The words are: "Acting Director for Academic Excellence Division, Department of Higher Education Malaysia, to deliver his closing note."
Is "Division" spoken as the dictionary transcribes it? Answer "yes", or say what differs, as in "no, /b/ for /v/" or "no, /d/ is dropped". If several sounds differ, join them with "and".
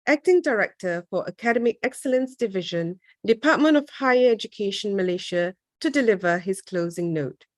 yes